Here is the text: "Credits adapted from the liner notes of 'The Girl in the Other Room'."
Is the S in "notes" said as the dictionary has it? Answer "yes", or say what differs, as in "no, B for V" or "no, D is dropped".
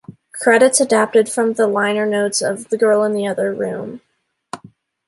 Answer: yes